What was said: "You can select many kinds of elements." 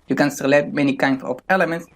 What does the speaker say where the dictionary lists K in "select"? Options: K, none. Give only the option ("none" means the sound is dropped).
none